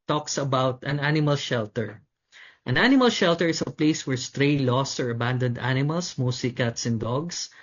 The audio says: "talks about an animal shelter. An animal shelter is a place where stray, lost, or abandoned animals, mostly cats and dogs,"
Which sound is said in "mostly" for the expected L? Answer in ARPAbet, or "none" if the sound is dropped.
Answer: none